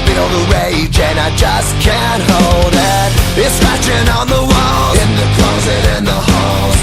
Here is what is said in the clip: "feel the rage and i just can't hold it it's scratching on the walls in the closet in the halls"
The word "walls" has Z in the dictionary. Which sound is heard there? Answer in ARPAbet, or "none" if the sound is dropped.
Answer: none